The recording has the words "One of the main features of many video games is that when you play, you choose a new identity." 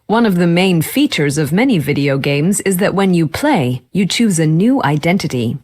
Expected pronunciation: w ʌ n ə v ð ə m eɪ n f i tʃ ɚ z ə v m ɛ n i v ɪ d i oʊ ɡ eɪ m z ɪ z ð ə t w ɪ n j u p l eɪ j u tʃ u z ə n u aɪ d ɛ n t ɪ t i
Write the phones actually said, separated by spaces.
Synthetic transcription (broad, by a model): w ʌ n ə v ð ə m eɪ n f i tʃ ɚ z ə v m ɛ n i v ɪ d i oʊ ɡ eɪ m z ɪ z ð ə t w ɪ n j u p l eɪ j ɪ tʃ u z ə n u aɪ d ɛ n t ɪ t i